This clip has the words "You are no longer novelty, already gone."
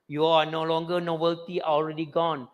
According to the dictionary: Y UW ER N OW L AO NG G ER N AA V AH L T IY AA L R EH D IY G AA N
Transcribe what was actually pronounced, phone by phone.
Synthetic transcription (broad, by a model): Y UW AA N OW L AO NG G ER N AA B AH L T IY AA L R EH D IY G AA N